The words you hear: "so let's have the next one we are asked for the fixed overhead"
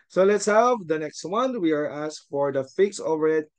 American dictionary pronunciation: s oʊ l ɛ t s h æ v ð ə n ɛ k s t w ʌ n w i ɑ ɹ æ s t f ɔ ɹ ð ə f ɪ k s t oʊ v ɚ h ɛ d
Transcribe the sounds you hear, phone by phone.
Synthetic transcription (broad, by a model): s oʊ l ɛ t s h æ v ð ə n ɛ k s t w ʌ n w i ɑ ɹ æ s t f ɔ ɹ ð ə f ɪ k s oʊ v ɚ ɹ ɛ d